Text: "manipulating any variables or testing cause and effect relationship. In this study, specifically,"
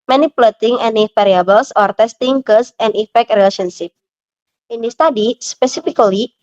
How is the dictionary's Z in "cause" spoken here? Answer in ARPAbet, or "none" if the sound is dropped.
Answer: S